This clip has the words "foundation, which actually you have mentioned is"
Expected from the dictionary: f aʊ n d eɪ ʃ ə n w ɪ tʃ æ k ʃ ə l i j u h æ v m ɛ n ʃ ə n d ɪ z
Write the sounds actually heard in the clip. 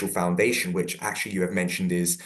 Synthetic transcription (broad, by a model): f aʊ n d eɪ ʃ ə n w ɪ tʃ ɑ k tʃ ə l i j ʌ v m ɛ n ʃ ə n d ɪ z